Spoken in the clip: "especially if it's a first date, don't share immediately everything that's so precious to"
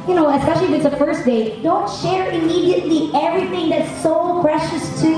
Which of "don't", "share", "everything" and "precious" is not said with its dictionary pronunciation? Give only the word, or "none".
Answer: none